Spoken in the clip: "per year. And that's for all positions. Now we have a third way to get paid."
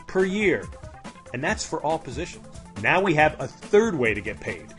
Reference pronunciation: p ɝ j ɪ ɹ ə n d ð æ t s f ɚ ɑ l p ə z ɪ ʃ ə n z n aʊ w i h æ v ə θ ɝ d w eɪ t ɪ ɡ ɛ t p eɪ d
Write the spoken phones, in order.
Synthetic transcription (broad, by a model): p ɝ j ɪ ɹ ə n ð æ t s f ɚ ɑ l p ə z ɪ ʃ ə n z n aʊ w i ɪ v ə θ ɝ d w eɪ t ɪ ɡ ɛ t p eɪ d